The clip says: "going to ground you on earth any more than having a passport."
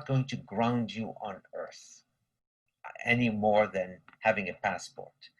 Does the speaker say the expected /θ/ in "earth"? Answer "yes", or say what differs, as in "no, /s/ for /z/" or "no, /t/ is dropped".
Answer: yes